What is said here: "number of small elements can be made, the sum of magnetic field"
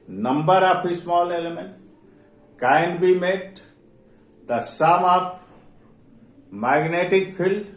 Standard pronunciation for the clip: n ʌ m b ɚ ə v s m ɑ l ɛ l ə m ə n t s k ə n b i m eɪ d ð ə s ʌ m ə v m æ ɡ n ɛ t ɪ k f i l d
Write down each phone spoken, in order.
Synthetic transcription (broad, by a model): n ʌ m b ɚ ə p s m ɑ l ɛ l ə m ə n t k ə n b i m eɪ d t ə s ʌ m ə p m æ ɡ n ɛ t ɪ k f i l